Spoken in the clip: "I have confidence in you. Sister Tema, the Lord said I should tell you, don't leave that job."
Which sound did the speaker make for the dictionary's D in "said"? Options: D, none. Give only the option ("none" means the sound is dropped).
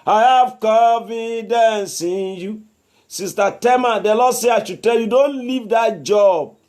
none